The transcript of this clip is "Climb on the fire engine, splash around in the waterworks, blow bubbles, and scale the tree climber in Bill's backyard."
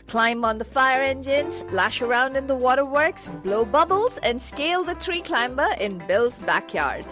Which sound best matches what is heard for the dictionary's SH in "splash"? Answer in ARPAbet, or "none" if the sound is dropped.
SH